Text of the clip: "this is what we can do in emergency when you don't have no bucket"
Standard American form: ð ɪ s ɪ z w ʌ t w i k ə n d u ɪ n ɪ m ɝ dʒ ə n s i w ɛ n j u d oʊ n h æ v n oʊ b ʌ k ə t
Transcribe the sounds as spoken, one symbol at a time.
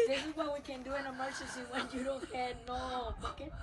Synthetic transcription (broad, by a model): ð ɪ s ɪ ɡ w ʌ w i k ə n d u ɪ n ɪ m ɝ tʃ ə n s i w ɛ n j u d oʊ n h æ n oʊ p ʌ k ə